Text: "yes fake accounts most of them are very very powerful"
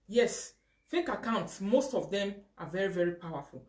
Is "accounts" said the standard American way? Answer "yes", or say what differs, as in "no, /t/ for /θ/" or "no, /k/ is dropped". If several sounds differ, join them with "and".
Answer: yes